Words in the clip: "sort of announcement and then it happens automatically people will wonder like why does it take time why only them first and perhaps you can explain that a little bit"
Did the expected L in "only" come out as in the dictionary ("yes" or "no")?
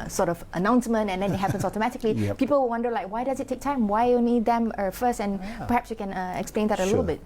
no